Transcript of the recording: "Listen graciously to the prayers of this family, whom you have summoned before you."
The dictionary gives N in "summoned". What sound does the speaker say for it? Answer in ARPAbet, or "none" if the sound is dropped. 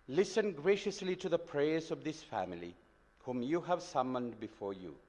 N